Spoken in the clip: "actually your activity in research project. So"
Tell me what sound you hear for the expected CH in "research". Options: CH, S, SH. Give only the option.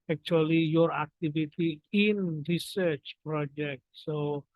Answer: CH